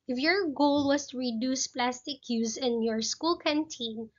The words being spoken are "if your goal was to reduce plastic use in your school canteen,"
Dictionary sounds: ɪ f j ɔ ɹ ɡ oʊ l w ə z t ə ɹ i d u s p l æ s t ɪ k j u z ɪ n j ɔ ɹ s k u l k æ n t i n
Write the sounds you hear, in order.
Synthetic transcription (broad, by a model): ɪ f j ɔ ɹ ɡ oʊ l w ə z t ə ɹ i d u s p l æ s t ɪ k j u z ɪ n j ɔ ɹ s k u l k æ n t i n